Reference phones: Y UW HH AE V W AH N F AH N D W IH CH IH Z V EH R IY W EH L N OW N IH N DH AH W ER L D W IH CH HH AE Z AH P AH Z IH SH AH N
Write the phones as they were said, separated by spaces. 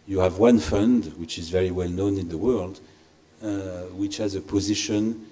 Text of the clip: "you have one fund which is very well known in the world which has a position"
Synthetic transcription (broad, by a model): Y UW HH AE V W AH N F AH N D W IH CH IH Z V EH R IY W EH L N OW N IH N DH AH W ER L D W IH CH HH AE Z AH P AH Z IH SH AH N